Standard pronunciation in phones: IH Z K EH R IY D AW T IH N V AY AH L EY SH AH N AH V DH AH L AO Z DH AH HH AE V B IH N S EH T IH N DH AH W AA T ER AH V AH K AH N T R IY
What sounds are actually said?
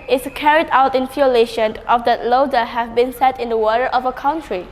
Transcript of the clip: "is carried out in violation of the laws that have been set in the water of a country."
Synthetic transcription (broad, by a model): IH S K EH R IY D AW T IH N F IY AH L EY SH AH N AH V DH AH L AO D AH HH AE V B IH N S EH T IH N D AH W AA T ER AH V AH K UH N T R IY